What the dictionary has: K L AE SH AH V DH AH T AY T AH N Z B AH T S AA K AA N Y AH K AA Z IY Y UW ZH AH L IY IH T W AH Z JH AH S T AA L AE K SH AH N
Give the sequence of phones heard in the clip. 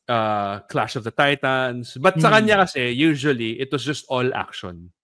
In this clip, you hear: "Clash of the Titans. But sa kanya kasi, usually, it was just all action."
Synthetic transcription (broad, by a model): K L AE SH AH V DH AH T AY T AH N S B AH T S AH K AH N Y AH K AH S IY Y UW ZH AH L IY IH T W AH S JH AH S T AA L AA K SH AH N